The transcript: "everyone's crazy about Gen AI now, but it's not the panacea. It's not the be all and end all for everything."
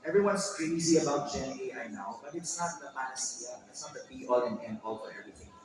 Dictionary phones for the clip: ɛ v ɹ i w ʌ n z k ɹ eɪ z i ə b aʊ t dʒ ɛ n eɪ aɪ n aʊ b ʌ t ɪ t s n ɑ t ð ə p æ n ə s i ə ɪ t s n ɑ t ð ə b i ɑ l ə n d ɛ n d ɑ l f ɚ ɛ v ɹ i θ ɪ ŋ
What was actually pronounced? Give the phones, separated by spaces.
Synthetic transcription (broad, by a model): ɛ v ɹ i w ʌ n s k ɹ eɪ z i ə b aʊ t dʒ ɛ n eɪ aɪ n aʊ b ʌ t ɪ t s n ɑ t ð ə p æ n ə s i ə ɪ t s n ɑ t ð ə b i ɑ l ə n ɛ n ɑ l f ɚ ɛ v ɹ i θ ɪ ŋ